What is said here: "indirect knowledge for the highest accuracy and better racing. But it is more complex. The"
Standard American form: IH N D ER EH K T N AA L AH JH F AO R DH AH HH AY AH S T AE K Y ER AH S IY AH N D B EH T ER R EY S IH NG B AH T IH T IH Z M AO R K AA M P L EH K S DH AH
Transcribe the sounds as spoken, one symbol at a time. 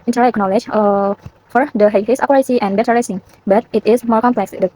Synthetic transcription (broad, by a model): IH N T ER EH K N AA L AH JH F AO R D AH HH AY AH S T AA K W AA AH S IY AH N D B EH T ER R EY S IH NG B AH T IH T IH S M AO R K AA M P L EH K S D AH